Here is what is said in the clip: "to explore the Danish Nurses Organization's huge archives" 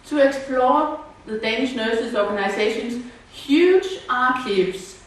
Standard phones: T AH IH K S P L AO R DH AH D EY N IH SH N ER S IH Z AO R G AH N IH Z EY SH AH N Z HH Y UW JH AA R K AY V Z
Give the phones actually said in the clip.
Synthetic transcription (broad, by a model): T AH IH K S P L AO DH AH D EY N IH SH N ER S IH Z AO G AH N IH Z EY SH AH N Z HH Y UW JH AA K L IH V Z